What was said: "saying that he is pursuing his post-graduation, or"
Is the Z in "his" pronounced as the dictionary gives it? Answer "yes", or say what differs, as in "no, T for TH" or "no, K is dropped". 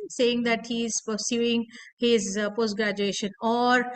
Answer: yes